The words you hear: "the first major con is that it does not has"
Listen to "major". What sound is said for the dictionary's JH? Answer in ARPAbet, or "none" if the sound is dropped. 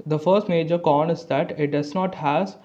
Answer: JH